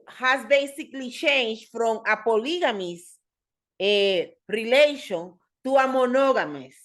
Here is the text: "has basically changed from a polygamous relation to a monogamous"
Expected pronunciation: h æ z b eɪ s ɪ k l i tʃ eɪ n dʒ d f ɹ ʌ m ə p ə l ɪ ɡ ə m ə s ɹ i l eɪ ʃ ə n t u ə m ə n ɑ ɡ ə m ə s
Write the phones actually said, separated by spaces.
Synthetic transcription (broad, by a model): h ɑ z b eɪ s ɪ k l i ʃ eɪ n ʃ f ɹ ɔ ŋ ə p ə l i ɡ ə m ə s ɹ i l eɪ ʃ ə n t u ə m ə n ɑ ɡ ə m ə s